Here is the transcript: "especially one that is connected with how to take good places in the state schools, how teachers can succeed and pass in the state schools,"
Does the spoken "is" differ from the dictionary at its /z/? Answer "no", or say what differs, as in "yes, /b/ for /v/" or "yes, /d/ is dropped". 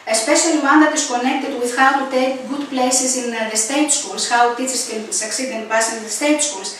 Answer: yes, /s/ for /z/